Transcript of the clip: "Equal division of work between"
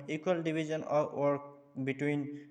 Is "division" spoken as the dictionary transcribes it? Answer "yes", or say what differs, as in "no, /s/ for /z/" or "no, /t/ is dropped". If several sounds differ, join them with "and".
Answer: no, /b/ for /v/ and /z/ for /ʒ/